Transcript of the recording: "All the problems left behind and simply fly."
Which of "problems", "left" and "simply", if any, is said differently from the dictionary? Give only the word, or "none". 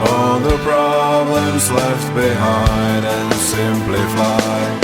none